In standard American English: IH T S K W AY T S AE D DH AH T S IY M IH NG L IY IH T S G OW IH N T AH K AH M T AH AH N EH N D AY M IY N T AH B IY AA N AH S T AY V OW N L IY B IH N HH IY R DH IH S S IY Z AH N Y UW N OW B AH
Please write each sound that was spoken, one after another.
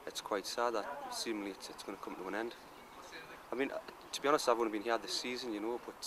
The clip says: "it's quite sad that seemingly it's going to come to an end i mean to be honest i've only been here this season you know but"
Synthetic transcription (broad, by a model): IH T S K W AY T S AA D DH AH T S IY M IH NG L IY IH T S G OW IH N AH K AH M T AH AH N EH N D AY M IY N T AH B IY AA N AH S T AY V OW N IY B IH N HH IY R DH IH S S IY Z AH N Y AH N OW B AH